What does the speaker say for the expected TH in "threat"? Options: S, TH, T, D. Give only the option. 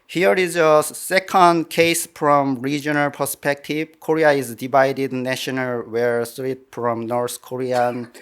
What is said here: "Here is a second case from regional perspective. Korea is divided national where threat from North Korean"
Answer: S